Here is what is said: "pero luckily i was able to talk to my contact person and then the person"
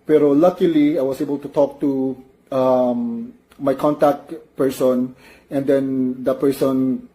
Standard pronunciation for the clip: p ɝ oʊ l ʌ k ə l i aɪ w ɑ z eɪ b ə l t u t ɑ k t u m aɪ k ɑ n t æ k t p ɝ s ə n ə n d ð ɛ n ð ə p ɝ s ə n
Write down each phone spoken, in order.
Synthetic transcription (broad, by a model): p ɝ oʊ l ʌ k ə l i aɪ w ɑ s eɪ b ə l t u t ɑ k t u m aɪ k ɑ n t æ k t p ɝ s ə n ə n d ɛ n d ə p ɝ s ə n